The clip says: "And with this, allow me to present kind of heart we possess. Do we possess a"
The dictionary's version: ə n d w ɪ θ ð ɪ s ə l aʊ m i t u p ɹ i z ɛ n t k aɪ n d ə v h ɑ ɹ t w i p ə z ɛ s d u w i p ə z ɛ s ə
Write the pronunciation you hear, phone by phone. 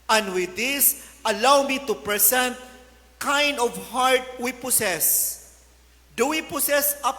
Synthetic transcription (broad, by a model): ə n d w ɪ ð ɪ s ə l aʊ m i t u p ɹ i s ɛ n t k aɪ n d ə v h ɑ ɹ t w i p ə s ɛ s d u w i p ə s ɛ s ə